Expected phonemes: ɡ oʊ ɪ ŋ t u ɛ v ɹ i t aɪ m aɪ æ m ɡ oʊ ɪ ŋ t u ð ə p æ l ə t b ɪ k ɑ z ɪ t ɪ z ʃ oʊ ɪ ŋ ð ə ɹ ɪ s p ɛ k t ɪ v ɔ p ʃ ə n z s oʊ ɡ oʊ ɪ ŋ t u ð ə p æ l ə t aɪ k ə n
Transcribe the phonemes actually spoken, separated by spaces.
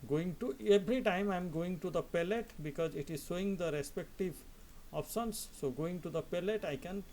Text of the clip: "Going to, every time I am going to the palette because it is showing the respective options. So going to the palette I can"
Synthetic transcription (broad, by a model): ɡ oʊ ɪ ŋ t u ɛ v ɹ i t aɪ m aɪ m ɡ oʊ ɪ ŋ t u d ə p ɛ l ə t b ɪ k ɑ z ɪ t ɪ z s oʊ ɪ ŋ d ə ɹ ɪ s p ɛ k t ɪ v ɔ p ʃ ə n s oʊ ɡ oʊ ɪ ŋ t u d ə p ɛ l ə t aɪ k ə n